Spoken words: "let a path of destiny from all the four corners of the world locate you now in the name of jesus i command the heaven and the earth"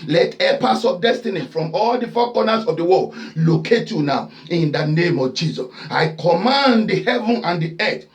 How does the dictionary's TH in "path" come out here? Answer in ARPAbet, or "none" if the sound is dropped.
S